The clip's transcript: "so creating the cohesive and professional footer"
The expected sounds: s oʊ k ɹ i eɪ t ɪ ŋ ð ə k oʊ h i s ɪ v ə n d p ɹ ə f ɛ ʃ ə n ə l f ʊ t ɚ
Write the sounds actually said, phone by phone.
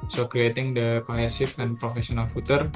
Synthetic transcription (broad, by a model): s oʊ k ɹ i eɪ t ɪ ŋ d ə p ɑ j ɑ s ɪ p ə n p ɹ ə f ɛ s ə n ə l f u t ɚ